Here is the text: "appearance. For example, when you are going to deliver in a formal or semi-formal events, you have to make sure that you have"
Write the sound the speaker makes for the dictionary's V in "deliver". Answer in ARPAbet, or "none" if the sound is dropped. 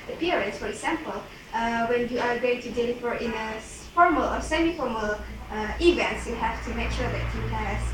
F